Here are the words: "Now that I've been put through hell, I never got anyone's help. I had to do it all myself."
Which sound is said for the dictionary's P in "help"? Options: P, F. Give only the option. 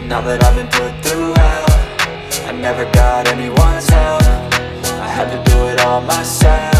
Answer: F